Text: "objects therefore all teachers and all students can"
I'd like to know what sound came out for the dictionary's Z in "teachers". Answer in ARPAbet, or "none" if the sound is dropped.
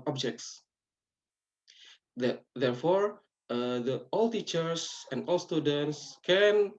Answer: S